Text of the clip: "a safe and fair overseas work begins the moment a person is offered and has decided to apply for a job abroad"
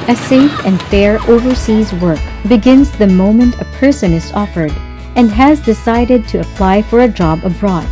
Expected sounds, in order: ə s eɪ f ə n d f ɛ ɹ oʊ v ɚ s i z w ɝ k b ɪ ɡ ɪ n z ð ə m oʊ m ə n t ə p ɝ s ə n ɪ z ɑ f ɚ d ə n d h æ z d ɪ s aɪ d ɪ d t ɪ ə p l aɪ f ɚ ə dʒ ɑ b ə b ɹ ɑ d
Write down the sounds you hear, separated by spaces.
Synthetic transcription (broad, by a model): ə s eɪ f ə n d f ɛ ɹ oʊ v ɚ s i z w ɝ k b ɪ ɡ ɪ n z ð ə m oʊ m ə n t ə p ɝ s ə n ɪ z ɑ f ɚ d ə n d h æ z d ɪ s aɪ d ɪ d t ɪ ə p l aɪ f ɚ ə dʒ ɑ b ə b ɹ ɑ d